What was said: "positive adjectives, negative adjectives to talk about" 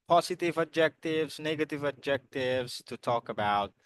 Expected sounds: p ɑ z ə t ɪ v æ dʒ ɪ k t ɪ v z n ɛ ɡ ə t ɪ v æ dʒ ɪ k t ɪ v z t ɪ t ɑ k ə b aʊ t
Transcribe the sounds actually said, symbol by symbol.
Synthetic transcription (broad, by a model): p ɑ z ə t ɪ v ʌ dʒ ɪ k t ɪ v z n ɛ ɡ ə t ɪ v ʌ dʒ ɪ k t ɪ v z t ɪ t ɑ k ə b aʊ t